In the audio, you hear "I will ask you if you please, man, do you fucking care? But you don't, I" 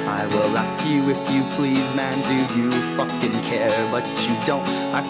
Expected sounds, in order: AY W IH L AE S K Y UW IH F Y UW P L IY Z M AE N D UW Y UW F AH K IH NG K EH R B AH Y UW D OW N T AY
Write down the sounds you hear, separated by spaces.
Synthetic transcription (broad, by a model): AY W IH L AE S K Y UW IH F Y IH P L IY Z M AE N D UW Y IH F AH K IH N K EH R B AH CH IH D OW N T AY